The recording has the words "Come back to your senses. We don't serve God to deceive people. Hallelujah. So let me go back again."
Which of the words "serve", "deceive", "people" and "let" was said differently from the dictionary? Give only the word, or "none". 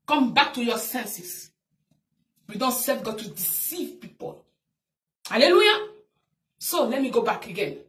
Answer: serve